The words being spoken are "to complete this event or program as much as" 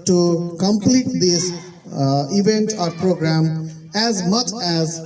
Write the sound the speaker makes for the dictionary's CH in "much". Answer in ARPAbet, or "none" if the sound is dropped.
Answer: CH